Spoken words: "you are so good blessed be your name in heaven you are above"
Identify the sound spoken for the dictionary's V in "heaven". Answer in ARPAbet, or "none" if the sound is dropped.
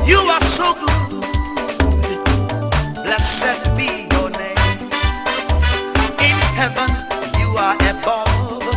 V